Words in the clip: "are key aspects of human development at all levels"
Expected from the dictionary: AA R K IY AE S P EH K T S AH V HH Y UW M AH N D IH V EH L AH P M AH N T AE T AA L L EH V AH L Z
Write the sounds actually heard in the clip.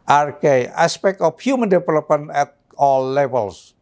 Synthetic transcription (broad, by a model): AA R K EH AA S P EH K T AH F HH Y UW M AH N D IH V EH L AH P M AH N EH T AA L L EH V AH L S